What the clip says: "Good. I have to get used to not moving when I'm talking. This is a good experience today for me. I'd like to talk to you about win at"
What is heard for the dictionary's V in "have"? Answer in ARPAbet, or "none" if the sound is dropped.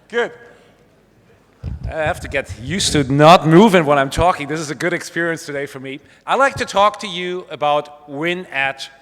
F